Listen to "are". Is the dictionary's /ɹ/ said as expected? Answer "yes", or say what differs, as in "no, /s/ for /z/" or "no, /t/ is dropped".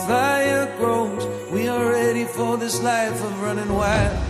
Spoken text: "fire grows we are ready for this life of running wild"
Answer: no, /l/ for /ɹ/